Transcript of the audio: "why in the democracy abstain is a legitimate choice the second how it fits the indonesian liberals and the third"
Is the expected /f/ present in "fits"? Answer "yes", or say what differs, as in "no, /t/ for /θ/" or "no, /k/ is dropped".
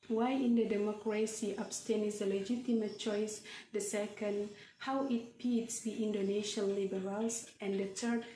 no, /p/ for /f/